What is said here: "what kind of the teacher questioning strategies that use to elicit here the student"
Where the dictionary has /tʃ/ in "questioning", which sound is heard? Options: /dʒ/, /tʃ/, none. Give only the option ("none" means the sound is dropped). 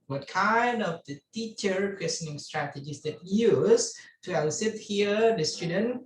none